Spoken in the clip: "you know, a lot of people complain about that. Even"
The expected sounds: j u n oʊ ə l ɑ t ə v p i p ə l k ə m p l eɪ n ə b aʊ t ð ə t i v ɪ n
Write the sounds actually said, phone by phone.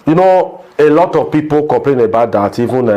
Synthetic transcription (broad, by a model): j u n oʊ ə l ɑ t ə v p i p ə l k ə p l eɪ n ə b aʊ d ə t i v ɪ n